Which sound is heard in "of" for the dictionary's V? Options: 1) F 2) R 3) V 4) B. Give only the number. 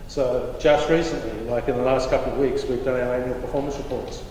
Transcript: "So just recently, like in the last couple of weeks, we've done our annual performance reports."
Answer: 3